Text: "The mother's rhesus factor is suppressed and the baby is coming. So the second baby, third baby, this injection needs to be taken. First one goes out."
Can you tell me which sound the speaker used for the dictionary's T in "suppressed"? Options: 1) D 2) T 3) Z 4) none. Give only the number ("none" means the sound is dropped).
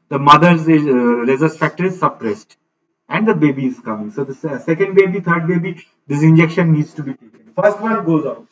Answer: 2